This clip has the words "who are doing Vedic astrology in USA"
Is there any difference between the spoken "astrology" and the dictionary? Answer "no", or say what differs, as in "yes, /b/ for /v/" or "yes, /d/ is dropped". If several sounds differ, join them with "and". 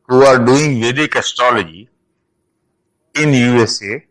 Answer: yes, /ɹ/ is dropped